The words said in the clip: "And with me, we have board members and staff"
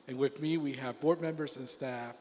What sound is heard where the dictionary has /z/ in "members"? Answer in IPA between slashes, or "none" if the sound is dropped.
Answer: /z/